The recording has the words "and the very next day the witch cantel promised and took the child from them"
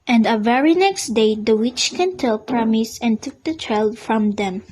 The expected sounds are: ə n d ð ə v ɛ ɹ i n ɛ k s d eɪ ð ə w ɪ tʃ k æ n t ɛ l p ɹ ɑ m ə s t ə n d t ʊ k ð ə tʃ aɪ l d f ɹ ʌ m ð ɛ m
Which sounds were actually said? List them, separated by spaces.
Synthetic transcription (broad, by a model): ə n d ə v ɛ ɹ i n ɛ k s d eɪ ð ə w ɪ tʃ k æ n t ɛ l p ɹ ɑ m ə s ə n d t ʊ k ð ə tʃ aɪ l d f ɹ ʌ m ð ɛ m